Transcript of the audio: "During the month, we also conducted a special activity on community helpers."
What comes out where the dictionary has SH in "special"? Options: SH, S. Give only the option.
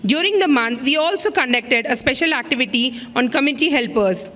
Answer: SH